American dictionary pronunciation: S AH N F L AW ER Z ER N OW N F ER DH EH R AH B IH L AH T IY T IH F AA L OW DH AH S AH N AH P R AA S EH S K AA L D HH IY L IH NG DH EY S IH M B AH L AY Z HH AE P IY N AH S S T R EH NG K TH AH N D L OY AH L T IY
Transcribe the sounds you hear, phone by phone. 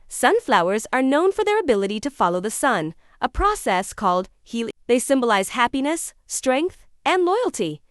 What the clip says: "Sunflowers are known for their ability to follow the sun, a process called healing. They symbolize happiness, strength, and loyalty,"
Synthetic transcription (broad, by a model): S AH N F L AW ER Z ER N OW N F ER DH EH R AH B IH L AH T IY T IH F AA L OW DH AH S AH N AH P R AA S EH S K AA L D HH IY L DH EY S IH M B AH L AY Z HH AE P IY N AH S S T R EH NG K TH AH N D L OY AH L T IY